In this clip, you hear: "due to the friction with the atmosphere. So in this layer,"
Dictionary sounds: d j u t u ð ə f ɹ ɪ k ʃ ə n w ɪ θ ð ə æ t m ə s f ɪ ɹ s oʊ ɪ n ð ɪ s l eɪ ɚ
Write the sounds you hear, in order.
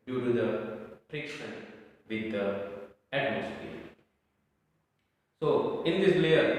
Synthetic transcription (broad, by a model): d j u t u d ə p ɹ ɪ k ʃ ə n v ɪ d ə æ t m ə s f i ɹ s oʊ ɪ n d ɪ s l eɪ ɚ